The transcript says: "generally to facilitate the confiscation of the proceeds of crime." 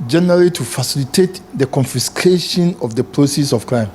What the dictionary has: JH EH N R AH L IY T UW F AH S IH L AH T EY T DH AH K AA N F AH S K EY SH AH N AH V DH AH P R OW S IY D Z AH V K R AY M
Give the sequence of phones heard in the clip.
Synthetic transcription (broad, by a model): JH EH N R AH L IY T UW F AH S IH L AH T EY T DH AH K AA N F AH S K EY SH AH N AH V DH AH P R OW S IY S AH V K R AY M